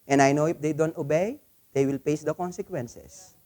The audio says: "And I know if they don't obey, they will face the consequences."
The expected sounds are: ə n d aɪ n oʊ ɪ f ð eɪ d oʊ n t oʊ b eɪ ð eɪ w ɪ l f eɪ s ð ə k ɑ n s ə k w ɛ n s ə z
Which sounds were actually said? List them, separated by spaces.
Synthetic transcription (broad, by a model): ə n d aɪ n oʊ ɪ f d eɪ d oʊ n t oʊ b eɪ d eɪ w ɪ l p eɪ s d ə k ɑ n s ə k w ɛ n s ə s